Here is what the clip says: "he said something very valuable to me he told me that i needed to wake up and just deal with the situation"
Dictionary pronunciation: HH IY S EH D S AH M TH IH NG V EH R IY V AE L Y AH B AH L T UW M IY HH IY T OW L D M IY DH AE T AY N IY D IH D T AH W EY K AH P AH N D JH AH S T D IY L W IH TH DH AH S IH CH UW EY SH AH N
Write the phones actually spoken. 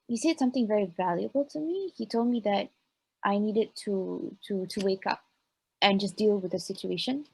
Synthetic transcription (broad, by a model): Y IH S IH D S AH M TH IH NG V EH R IY V AE L Y AH B AH L T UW M IY HH IY T OW L D M IY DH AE T AY N IY D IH D T AH W EY K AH P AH N JH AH S D IY L W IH DH AH S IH CH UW EY SH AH N